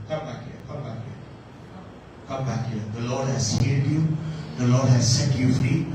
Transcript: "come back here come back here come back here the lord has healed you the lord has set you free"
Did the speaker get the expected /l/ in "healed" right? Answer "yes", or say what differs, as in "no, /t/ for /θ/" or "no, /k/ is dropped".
no, /l/ is dropped